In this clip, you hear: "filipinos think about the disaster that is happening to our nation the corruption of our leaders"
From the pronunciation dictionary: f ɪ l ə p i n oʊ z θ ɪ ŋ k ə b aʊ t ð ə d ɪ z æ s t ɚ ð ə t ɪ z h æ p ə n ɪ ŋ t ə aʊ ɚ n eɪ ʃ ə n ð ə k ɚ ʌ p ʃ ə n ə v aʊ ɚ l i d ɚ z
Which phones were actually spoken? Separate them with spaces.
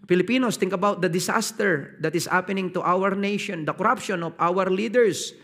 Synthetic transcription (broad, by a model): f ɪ l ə p i n oʊ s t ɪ ŋ k ə b aʊ t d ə d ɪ s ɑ s t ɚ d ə t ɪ s h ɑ p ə n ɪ ŋ t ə aʊ ɚ n eɪ ʃ ə n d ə k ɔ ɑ p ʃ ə n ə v aʊ ɚ l i d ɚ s